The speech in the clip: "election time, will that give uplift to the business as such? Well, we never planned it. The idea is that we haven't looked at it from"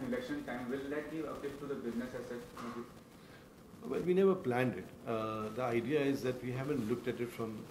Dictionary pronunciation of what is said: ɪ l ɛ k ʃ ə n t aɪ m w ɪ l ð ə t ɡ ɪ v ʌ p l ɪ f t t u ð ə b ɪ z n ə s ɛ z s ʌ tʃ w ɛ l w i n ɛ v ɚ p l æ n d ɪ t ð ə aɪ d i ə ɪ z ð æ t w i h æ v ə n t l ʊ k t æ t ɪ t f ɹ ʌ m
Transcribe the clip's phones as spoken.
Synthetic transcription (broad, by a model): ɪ l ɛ k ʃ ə n t aɪ m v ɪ l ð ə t ɡ ɪ v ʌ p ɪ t t u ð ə b ɪ z n ə s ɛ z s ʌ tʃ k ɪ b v i n ɛ v ɚ p l æ n d ɪ t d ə aɪ d i ə ɪ z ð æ t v i h æ v ə n t l ʊ k t æ t ɪ t f ɹ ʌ m